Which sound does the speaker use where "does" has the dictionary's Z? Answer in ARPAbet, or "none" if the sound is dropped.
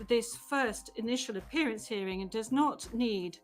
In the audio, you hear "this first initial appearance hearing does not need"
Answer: Z